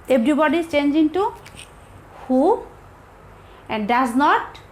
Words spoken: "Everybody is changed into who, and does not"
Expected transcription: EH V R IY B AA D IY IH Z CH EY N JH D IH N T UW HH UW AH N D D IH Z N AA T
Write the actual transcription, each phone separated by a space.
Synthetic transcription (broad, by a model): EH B R IY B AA D IY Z CH EY N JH IH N T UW HH UW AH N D D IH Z N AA T